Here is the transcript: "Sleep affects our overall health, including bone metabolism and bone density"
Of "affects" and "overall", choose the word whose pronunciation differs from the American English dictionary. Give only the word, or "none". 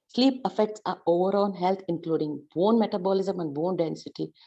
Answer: overall